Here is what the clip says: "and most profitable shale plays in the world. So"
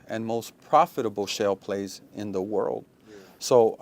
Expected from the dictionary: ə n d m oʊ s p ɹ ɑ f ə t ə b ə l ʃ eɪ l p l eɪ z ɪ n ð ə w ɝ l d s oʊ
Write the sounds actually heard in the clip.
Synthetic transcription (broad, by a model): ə n m oʊ s p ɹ ɑ f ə t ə b l ʃ eɪ l p l eɪ z ɪ n ð ə w ɝ l d s oʊ